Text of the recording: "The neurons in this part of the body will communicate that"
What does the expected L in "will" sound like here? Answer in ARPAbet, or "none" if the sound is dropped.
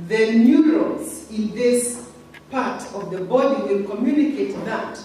N